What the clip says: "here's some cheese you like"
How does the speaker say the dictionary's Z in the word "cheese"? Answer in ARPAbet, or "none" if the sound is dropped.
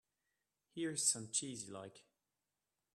Z